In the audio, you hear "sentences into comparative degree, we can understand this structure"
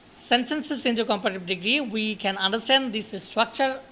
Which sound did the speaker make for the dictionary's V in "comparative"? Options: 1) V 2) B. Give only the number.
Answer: 2